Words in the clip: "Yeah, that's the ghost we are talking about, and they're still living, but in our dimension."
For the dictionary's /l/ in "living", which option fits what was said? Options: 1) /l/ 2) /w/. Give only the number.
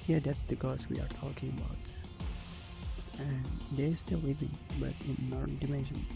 2